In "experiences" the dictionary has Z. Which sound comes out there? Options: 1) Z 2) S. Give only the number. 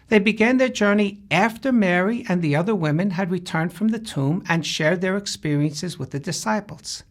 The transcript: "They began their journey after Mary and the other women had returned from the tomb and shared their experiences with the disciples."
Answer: 1